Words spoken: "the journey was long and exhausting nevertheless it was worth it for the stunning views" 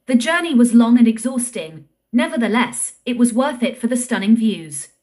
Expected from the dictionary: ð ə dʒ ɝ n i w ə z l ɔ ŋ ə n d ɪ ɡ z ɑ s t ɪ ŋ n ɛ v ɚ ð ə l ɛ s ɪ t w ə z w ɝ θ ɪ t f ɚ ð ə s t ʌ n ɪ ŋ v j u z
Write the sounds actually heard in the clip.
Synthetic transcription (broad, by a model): ð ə dʒ ɝ n i w ə z l ɔ ŋ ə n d ɪ ɡ z ɑ s t ɪ ŋ n ɛ v ɚ ð ə l ɛ s ɪ t w ə z w ɝ θ ɪ t f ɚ ð ə s t ʌ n ɪ ŋ v j u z